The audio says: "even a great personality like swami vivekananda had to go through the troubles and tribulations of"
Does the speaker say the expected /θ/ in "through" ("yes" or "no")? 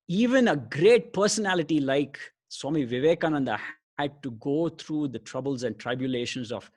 no